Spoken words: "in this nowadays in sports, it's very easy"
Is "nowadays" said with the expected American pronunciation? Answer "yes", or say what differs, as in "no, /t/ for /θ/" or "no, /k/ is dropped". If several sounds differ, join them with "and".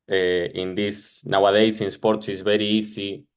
no, /s/ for /z/